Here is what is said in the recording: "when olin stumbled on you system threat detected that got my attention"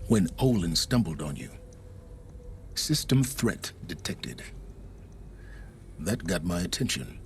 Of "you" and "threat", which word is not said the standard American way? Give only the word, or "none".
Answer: none